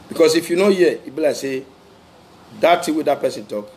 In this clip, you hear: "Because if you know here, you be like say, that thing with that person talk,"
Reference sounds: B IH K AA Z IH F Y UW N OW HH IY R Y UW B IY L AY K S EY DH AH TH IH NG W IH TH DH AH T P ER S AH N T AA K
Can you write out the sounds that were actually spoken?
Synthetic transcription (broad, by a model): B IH K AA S IH F Y UW N OW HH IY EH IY B IY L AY S EY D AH T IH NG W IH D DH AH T P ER S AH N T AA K